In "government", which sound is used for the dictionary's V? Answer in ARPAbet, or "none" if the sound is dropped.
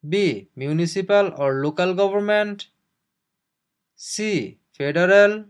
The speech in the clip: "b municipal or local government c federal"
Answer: B